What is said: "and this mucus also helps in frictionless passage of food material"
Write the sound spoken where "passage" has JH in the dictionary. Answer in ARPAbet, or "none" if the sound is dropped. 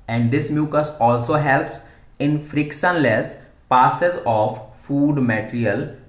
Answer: Z